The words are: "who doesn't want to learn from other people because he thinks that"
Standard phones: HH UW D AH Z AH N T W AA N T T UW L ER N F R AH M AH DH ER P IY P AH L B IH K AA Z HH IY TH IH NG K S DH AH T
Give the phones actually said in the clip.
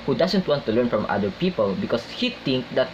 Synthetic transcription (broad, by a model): HH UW D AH S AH N T W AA N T T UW L ER N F R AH M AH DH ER P IY P AH L B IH K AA S HH IY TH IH NG K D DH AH T